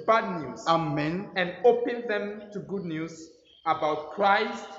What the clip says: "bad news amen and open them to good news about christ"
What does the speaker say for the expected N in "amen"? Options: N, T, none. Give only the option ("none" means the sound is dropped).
N